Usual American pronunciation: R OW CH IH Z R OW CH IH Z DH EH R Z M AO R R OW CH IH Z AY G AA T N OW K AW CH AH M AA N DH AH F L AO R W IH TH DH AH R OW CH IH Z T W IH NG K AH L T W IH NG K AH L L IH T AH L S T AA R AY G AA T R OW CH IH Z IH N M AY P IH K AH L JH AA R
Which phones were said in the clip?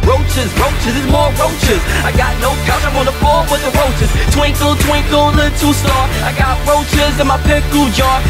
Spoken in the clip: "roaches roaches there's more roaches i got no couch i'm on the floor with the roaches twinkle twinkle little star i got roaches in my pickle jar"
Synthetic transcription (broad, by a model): R OW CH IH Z R OW CH IH Z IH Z M AO R R OW CH IH Z AY G AA T N OW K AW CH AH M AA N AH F AO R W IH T DH AH R OW CH IH Z T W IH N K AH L T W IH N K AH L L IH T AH S T AA R AY G AA T R OW CH IH Z IH N M AY P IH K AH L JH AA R